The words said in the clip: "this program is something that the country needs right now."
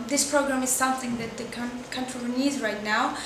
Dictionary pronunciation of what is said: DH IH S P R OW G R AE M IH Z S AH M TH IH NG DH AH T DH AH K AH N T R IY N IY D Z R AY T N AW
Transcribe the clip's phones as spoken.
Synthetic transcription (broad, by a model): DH IH S P R OW G R AE M IH Z S AH M TH IH NG DH AH T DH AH K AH N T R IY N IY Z R AY T N AW